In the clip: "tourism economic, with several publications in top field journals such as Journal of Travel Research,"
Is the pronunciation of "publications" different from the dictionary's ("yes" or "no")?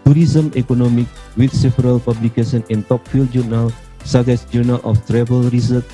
yes